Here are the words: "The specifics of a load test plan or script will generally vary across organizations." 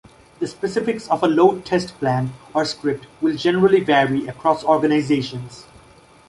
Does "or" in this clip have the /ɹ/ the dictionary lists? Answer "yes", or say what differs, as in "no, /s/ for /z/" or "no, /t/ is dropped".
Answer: yes